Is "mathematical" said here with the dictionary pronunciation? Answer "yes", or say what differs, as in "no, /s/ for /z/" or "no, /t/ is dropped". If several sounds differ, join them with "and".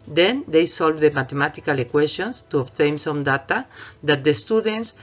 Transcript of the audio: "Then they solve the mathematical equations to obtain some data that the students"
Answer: no, /t/ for /θ/